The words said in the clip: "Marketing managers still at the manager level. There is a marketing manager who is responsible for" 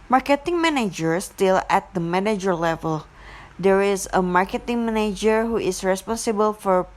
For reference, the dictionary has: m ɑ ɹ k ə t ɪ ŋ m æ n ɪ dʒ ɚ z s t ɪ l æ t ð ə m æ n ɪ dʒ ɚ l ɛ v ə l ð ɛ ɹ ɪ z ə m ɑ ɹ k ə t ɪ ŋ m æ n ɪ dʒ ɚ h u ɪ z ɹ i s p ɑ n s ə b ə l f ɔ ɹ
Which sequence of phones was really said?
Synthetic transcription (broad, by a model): m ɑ ɹ k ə t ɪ ŋ m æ n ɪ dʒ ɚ s t ɪ l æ t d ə m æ n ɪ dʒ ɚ l ɛ v ə l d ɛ ɹ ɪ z ə m ɑ ɹ k ə t ɪ ŋ m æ n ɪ dʒ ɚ h u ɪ s ɹ i s p ɑ n s ə b ə l f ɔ ɹ